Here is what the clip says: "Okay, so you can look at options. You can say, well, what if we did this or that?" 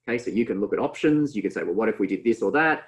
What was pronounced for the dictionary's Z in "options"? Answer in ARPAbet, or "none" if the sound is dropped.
Z